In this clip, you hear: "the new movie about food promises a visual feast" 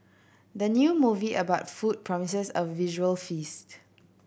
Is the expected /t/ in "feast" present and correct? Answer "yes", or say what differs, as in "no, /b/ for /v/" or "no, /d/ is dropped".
yes